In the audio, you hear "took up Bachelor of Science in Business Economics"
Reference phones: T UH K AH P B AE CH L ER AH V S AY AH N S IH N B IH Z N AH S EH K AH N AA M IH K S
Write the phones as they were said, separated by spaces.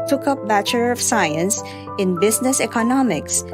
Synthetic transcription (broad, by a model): T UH K AH P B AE CH ER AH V S AY AH N S IH N B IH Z N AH S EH K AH N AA M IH K S